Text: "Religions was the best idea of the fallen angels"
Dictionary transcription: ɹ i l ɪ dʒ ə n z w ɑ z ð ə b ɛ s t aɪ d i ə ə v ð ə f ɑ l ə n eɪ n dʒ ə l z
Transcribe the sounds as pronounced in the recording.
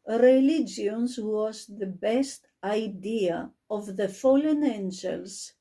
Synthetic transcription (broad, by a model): ɹ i l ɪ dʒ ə n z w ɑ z ð ə b ɛ s t aɪ d i ə ə v ð ə f ɑ l ə n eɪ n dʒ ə l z